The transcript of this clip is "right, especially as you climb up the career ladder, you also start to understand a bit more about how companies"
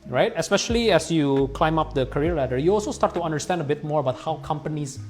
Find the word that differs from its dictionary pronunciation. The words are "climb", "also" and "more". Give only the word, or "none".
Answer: none